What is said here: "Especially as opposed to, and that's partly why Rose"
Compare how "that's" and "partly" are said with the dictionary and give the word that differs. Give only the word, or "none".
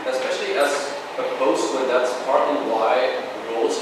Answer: partly